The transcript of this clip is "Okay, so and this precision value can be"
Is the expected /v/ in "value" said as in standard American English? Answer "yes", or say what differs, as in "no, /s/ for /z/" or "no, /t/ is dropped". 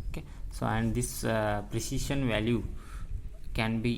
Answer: yes